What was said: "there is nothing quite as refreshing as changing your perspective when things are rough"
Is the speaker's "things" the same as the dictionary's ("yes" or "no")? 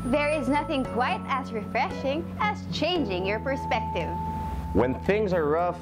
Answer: yes